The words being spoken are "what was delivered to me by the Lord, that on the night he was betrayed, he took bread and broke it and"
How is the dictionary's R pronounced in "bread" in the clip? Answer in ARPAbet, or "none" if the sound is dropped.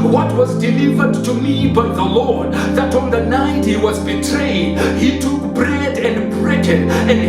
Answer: R